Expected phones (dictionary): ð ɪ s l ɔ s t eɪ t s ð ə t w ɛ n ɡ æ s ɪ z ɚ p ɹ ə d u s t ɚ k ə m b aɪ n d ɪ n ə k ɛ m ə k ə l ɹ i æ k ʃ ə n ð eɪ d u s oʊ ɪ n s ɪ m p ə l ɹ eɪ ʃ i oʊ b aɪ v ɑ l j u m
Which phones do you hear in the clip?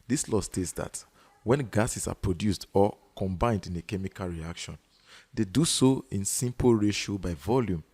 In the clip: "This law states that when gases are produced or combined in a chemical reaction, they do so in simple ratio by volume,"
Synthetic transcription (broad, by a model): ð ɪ s l ɔ s t eɪ t s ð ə t w ɛ n ɡ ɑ s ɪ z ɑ p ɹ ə d u s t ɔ k ə m b aɪ n d ɪ n ə k ɛ m ə k ə l ɹ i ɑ k ʃ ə n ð eɪ d u s oʊ ɪ n s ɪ m p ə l ɹ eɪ ʃ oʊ b aɪ v ɑ l j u m